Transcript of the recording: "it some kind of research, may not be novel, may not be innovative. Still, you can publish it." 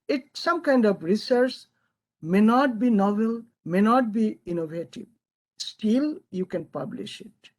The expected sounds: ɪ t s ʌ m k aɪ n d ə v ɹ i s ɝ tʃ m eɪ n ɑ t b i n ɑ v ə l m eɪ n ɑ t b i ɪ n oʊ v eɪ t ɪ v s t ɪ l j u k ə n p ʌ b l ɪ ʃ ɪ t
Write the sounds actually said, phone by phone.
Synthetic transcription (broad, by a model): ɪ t s ʌ m k aɪ n d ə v ɹ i s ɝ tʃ m eɪ n ɑ t b i n ɑ v ə l m eɪ n ɑ t b i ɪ n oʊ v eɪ t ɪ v s t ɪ l j u k ə n p ʌ b l ɪ ʃ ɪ t